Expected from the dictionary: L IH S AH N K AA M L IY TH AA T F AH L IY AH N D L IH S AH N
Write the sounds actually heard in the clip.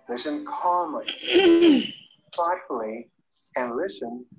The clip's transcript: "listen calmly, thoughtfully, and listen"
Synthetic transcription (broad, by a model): L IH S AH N K AA M L IY F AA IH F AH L IY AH N L IH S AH N